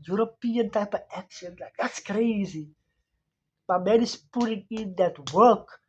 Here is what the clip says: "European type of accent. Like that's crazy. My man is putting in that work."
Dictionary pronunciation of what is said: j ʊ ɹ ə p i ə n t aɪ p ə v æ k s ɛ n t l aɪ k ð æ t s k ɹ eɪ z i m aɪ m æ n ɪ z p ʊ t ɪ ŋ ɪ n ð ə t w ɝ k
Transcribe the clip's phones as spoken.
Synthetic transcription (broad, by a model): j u ɹ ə p i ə n t aɪ p ə v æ k ʃ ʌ n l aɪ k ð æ t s k ɹ eɪ z i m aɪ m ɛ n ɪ s p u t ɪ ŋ ɪ n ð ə t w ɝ k